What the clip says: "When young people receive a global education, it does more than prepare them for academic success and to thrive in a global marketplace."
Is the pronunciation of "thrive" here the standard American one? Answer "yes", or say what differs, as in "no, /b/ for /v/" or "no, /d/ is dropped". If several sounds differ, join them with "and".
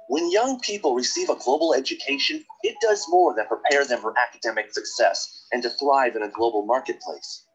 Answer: yes